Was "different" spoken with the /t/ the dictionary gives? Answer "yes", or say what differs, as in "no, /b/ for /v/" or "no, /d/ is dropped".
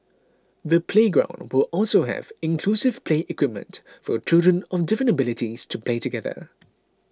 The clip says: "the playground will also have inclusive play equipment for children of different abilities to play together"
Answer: no, /t/ is dropped